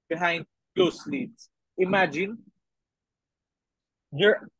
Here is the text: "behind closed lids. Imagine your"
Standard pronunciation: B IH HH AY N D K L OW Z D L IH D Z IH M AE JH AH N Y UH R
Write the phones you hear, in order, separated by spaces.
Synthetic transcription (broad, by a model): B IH HH AY N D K OW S L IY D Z IH M AE JH AH N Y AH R